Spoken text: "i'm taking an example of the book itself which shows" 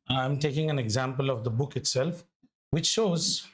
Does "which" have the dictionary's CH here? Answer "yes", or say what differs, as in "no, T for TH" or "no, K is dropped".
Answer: yes